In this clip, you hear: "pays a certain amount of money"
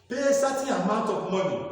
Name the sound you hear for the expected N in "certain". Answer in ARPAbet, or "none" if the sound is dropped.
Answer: none